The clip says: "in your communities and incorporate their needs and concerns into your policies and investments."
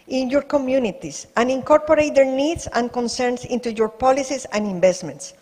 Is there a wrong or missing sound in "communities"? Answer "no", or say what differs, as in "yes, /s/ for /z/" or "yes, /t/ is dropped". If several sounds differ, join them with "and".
yes, /s/ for /z/